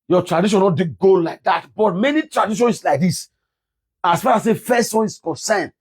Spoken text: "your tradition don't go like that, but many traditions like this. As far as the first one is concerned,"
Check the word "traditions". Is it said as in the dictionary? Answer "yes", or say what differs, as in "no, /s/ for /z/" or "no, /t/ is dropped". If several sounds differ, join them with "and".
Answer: no, /s/ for /z/